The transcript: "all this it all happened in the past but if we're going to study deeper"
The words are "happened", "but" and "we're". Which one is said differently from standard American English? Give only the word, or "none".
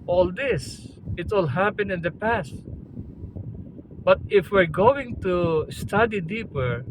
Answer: happened